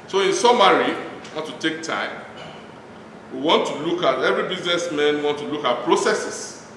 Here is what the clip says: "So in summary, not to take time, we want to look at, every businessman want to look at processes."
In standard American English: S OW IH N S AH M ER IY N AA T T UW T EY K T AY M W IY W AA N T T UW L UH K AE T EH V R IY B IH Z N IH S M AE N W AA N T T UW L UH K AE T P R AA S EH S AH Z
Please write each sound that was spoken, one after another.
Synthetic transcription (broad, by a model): S OW IH N S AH M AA IY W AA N T UW T EY K T AY M W IY W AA N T T UW L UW K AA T EH V R IY B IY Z N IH S M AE N W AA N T T UW L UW K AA T P R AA S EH S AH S